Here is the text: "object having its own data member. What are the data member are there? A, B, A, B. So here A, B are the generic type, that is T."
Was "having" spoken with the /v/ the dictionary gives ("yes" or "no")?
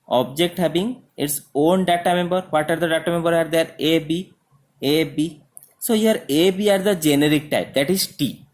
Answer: no